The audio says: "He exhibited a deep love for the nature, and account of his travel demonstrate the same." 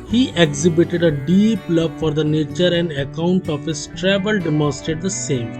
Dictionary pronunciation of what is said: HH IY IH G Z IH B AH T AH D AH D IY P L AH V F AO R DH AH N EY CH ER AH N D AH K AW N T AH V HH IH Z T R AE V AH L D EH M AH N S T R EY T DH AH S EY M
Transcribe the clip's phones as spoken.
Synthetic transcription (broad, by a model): HH IY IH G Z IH B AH T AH D AH D IY P L AH V F AO R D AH N EY CH ER AH N D AH K AW N T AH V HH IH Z T R AE V AH L D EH M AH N S T EY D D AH S EY M